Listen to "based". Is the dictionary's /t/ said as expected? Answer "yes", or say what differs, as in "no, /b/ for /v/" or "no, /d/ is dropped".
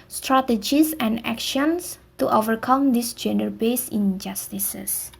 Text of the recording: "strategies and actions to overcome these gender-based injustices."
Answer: no, /t/ is dropped